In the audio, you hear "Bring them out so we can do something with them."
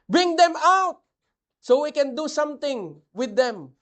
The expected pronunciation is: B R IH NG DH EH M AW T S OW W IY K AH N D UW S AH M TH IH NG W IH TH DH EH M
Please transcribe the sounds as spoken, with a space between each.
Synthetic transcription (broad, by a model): B R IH NG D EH M AW T S OW W IY K AH N D UW S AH M T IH NG W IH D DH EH M